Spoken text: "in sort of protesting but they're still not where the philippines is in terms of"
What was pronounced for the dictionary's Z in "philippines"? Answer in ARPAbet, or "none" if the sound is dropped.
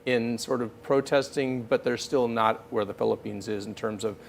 Z